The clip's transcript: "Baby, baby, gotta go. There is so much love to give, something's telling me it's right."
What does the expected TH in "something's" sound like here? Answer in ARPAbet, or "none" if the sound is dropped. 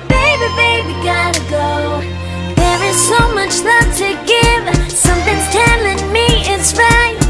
TH